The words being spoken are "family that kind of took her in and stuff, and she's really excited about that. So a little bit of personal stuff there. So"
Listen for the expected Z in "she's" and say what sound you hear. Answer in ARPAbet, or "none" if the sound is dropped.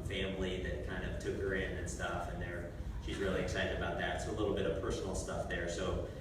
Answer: Z